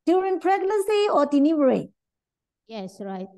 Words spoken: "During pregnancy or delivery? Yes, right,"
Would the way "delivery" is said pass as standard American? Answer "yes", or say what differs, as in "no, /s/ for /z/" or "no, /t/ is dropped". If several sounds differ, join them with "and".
no, /n/ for /l/